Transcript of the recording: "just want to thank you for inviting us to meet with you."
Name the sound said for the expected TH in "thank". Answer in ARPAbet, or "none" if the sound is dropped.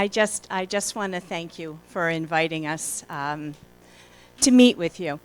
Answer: TH